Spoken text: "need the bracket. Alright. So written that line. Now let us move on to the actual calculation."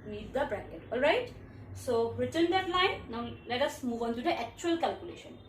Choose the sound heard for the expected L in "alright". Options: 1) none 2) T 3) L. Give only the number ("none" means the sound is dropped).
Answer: 3